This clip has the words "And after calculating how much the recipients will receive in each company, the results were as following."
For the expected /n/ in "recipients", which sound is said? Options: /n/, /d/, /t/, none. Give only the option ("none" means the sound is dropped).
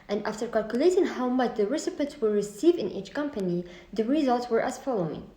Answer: none